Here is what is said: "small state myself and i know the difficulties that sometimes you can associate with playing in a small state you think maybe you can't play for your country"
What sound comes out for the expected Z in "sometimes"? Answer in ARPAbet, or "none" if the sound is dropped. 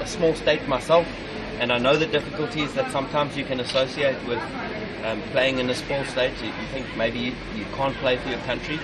Z